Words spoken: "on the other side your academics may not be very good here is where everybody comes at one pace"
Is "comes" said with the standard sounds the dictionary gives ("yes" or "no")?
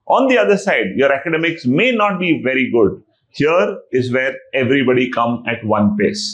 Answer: no